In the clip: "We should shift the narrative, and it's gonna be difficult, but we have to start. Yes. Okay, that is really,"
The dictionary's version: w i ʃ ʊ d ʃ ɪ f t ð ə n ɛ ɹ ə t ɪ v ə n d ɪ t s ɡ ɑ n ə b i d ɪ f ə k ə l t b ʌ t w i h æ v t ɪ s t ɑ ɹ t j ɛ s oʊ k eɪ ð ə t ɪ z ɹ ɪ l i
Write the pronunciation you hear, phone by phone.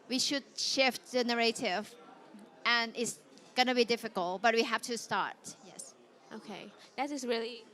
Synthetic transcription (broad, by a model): w i ʃ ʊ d ʃ ɪ f t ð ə n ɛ ɹ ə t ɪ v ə n ɪ t s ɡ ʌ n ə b i d ɪ f ə k ə l t b ʌ t w i h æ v t ɪ s t ɑ ɹ t j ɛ s oʊ k eɪ ð ə t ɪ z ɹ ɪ l i